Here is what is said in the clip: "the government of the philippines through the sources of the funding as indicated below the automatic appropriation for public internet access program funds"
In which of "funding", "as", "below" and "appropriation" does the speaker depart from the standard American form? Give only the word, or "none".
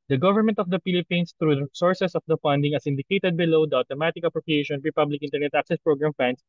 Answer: as